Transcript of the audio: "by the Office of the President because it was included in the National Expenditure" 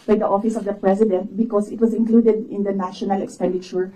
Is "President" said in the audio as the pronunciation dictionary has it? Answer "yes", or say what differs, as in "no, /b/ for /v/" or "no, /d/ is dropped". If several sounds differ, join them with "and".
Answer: no, /s/ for /z/